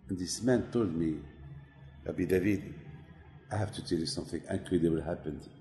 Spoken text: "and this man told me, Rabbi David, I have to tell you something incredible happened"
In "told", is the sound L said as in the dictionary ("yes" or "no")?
yes